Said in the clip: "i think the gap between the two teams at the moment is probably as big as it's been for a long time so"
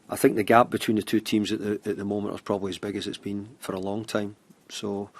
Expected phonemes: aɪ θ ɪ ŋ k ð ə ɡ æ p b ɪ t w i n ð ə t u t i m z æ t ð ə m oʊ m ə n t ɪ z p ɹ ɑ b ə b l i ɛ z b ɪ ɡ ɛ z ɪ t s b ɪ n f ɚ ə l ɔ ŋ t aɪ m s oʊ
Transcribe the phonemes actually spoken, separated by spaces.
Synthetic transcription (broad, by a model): aɪ θ ɪ ŋ k ð ə ɡ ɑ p b ɪ t w i n ð ə t u t i m z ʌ t ð ə m oʊ m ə n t ɪ z p ɹ ɑ b ə b l i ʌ z b ɪ ɡ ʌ z ɪ t s b ɪ n f ɚ ə l ɔ ŋ t aɪ m s oʊ